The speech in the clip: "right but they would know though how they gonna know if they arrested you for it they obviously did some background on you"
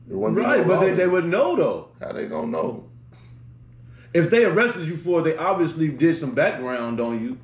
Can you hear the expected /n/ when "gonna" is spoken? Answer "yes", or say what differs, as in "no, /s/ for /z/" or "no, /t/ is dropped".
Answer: no, /n/ is dropped